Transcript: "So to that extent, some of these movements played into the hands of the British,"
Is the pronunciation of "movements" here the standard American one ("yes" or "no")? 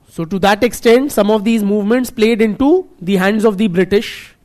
yes